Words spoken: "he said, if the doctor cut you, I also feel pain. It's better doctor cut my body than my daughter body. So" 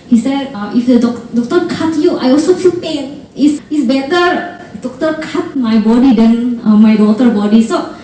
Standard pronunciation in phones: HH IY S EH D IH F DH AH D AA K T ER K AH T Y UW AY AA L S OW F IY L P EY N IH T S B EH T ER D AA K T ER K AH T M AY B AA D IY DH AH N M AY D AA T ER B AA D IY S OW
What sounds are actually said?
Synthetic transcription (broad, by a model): HH IY S EH D IH F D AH D AA K T ER K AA T Y UW AY AA L S OW F IY L P EY N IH S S B EH T ER D AA K T ER K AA T M AY B AA D IY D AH N M AY D AA T ER B AA D IY S OW